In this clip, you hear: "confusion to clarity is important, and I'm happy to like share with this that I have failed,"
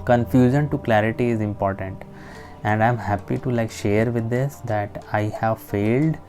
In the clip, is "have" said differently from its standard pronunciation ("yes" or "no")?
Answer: no